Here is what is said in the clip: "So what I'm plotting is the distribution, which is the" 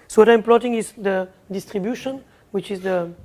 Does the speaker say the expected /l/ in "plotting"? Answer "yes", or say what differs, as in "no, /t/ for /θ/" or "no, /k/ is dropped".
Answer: yes